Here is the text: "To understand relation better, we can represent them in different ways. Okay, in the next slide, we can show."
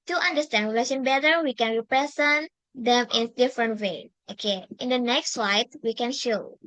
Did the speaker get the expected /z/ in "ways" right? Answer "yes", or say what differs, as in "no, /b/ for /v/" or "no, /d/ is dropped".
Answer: no, /z/ is dropped